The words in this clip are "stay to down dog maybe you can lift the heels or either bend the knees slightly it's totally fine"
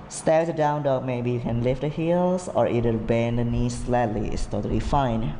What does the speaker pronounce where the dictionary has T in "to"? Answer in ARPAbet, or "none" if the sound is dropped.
S